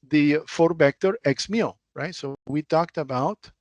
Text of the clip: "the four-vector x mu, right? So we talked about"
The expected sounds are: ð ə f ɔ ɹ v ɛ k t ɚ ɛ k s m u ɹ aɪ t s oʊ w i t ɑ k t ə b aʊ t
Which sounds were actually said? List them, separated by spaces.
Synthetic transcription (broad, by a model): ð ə f ɔ ɹ b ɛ k t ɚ ɛ k s m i ɹ aɪ t s oʊ w i t ɑ k t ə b aʊ t